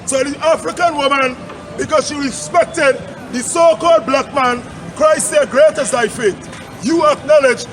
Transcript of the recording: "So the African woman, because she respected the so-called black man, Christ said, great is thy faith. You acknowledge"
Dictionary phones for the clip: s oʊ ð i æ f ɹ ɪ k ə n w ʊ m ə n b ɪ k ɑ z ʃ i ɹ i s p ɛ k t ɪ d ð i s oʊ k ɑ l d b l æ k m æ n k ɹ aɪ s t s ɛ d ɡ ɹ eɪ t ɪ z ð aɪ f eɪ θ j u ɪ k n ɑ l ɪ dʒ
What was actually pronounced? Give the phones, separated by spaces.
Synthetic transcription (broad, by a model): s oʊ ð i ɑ f ɹ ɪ k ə n w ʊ m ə n b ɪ k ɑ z ʃ i ɹ i s p ɛ k t ɪ d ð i s oʊ k ɑ l d b l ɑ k m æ n k ɹ aɪ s s ɛ d ɡ ɹ eɪ t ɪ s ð aɪ f eɪ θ j u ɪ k n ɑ l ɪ dʒ